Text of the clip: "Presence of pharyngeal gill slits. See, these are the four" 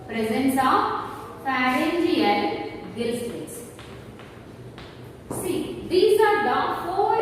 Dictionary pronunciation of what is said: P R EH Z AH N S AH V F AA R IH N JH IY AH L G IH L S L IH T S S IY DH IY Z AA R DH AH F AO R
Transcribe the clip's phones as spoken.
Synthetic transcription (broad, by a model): P R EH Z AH N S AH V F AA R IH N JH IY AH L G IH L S IH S S IY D IY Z AA R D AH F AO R